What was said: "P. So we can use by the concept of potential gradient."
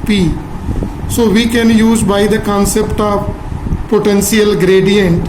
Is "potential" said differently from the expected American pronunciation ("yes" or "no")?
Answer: yes